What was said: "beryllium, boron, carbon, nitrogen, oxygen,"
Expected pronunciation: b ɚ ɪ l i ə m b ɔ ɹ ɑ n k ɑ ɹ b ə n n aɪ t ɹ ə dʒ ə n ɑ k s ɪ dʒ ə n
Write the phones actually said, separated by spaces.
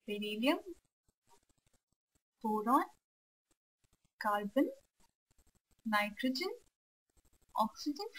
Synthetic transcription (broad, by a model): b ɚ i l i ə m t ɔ ɹ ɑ n k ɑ l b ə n n aɪ t ɹ ə dʒ ə n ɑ k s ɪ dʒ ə n